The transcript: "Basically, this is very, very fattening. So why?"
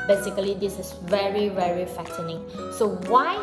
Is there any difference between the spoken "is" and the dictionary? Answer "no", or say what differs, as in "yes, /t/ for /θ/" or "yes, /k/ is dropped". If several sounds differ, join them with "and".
yes, /s/ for /z/